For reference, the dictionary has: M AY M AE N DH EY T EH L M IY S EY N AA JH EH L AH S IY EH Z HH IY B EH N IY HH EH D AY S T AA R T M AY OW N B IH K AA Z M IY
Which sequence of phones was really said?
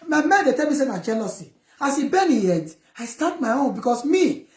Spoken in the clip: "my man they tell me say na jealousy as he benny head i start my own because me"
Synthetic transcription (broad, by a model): M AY M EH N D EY T EH L M IY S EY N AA JH EH L AH S IY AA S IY B EH N IY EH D AY S T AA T M AY OW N B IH K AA S M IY